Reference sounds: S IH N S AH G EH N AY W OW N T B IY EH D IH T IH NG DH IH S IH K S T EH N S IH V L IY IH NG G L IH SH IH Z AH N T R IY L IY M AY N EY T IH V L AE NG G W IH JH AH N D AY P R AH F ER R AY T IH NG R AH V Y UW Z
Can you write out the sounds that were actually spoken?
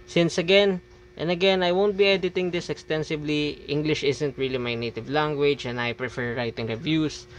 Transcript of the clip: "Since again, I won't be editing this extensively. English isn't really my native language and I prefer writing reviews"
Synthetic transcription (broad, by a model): S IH N S AH G EH N AY W OW N T B IY EH D IH T IH NG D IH S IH K S T EH N S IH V L IY IH NG G L IH SH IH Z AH N T R IY L IY M AY N EY T IH V L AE NG G W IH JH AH N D AY P R AH F ER R AY T IH NG R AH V Y UW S